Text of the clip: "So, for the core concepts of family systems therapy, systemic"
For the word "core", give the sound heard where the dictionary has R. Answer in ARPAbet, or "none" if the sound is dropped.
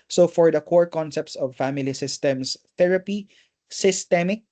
R